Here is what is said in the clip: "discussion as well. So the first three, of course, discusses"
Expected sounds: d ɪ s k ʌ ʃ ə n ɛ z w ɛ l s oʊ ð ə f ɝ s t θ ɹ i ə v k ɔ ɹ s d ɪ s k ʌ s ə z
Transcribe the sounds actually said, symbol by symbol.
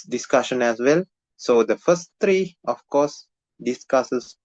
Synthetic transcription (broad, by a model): d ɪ s k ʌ ʃ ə n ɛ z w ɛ l s oʊ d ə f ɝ s t t ɹ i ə f k ɔ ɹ s d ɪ s k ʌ s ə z